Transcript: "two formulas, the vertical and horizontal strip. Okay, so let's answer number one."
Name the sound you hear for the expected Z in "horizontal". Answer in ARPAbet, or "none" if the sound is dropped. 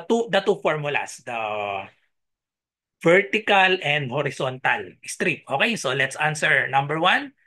S